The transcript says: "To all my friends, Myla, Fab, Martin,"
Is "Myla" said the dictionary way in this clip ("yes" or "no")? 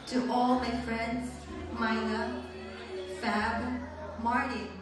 no